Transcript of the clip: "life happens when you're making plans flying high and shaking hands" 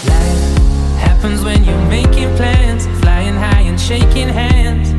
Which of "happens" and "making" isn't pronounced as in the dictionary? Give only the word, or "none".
none